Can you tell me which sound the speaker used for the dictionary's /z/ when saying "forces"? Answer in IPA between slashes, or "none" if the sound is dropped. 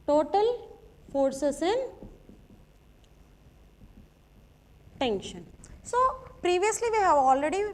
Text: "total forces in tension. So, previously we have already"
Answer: /s/